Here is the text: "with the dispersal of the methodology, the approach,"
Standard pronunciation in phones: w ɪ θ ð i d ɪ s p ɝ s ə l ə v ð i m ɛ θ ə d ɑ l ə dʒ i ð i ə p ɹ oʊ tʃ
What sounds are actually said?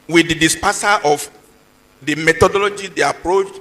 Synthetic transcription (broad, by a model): w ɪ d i d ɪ s p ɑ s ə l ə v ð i m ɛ t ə d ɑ l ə dʒ i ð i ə p ɹ oʊ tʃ